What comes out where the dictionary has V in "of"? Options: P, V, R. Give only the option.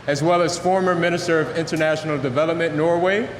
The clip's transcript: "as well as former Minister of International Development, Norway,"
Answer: V